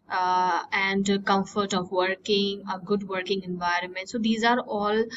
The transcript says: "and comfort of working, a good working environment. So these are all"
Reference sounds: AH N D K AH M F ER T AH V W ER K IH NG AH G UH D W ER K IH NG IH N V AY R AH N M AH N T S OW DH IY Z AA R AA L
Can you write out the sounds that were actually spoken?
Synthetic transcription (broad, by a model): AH N D K AH M F ER T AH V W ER K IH NG AH G UH D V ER K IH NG IH N V AY R AH N M AH N T S OW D IY Z AA R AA L